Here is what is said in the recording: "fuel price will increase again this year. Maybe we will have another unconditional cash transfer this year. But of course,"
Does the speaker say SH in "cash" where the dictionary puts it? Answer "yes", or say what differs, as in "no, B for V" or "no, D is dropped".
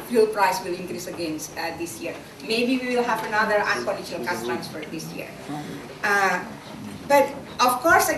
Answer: no, S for SH